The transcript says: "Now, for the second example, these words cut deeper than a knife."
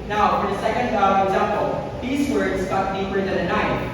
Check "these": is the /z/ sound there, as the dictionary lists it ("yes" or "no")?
yes